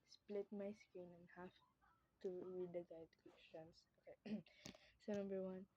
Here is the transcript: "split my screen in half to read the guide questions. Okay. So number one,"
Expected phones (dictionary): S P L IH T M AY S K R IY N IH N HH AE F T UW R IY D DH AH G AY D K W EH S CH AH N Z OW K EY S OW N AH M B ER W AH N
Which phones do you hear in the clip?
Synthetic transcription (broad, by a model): S P L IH T M AY S K IY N IH N HH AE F T UW R IY D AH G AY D K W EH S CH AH N S OW K EY S OW N AH M B ER W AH N